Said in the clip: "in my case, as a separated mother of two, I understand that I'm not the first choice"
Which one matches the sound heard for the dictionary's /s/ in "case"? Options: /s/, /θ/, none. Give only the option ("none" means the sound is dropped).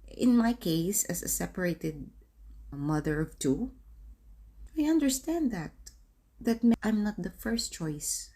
/s/